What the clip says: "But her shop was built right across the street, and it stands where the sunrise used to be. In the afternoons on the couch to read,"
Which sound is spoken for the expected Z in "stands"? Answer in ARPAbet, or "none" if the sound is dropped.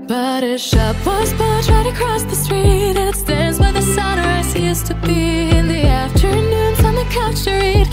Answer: Z